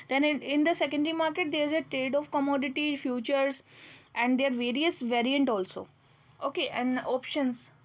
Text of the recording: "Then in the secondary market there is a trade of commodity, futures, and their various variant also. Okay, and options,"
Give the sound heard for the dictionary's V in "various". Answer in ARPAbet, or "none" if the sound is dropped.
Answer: V